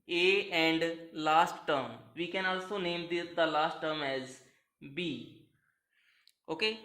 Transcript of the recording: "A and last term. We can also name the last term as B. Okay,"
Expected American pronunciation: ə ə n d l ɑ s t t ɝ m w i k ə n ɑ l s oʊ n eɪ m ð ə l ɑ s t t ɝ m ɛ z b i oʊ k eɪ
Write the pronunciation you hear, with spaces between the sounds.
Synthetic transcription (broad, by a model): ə ə n d l ɑ s t t ɝ m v i k ə n ɑ l s oʊ n eɪ m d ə l ɑ s t t ɝ m ɛ z b i oʊ k eɪ